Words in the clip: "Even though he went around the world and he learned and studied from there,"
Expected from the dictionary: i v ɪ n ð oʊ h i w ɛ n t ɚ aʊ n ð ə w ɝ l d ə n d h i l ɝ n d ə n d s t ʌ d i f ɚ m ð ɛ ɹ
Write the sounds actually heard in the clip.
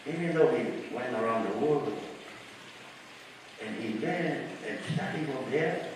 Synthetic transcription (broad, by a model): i v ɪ n ð oʊ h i w ɛ n t ɚ aʊ n ð ə w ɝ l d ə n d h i w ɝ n ə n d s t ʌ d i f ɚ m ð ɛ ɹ